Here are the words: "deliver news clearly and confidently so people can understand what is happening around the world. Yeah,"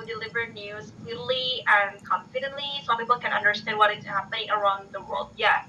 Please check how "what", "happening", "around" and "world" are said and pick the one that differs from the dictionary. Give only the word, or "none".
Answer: none